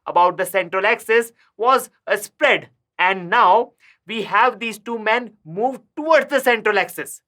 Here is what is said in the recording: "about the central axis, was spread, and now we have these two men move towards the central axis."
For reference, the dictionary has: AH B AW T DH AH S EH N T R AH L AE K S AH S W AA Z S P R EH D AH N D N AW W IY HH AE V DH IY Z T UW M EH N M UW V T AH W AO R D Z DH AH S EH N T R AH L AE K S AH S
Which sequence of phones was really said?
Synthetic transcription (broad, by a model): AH B AW T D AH S EH N T R AH L AE K S AH S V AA Z S P R EH D AH N D N AW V IY HH AE V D IY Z T UW M EH N M UW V T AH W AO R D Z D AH S EH N T R AH L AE K S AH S